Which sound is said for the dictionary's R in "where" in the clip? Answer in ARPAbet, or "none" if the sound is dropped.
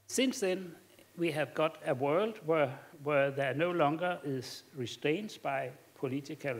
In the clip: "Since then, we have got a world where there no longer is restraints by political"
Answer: W